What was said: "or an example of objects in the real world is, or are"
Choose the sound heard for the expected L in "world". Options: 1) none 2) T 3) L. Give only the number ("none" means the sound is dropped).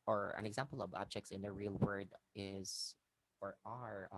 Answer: 1